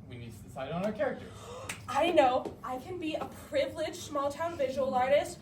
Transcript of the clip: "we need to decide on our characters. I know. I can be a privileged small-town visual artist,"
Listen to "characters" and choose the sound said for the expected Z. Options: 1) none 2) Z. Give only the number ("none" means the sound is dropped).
1